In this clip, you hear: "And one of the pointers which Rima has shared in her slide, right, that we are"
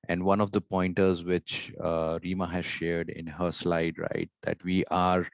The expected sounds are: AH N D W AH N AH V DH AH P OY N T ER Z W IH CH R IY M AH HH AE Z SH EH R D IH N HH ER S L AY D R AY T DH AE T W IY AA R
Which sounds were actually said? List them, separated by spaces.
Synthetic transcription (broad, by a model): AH N D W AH N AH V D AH P OY N T ER Z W IH CH R IY M AH HH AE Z SH EH R D IH N HH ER S L AY D R AY T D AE T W IY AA R